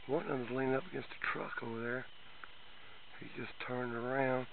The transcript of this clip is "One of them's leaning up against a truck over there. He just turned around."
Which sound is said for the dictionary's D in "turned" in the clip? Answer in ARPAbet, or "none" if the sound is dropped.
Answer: D